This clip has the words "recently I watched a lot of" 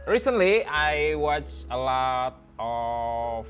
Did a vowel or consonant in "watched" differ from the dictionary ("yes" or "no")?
yes